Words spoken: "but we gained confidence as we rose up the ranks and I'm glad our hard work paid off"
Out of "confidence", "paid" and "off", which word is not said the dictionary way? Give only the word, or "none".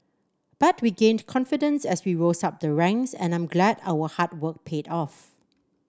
none